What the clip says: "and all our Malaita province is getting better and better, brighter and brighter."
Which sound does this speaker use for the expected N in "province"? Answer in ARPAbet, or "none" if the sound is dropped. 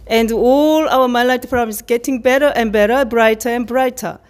none